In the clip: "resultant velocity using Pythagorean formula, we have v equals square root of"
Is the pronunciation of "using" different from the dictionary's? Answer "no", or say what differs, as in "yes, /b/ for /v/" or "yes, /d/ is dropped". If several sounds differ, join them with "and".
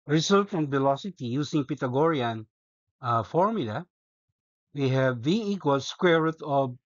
yes, /s/ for /z/